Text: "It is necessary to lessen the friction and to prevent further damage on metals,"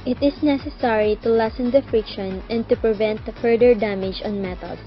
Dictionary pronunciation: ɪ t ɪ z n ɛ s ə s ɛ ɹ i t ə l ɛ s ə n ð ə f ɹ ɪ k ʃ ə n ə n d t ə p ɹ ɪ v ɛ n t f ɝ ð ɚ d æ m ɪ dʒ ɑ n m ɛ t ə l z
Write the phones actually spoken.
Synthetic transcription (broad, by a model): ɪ t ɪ s n ɛ s ə s ɛ ɹ i t ə l ɛ s ə n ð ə f ɹ ɪ k ʃ ə n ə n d t ə p ɹ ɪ v ɛ n t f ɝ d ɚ d æ m ɪ dʒ ɑ n m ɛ t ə l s